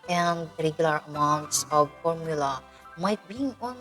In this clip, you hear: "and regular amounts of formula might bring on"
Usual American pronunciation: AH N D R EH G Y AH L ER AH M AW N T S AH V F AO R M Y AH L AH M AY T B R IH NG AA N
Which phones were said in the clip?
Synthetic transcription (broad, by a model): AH N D R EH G Y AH L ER AH M AW N T S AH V F AO R M Y AH L AH M AY T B IY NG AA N